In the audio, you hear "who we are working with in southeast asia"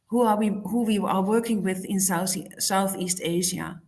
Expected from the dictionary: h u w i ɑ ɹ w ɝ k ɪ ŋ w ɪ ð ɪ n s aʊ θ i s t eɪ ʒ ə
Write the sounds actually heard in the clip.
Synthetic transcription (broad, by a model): h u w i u w w ɝ k ɪ ŋ w ɪ ð ɪ n s aʊ θ i s t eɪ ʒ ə